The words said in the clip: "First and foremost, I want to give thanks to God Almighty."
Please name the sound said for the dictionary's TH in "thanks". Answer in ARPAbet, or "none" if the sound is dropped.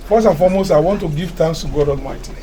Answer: T